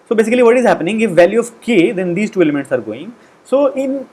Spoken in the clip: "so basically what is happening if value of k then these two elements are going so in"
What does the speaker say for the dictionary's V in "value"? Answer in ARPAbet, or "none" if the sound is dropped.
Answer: V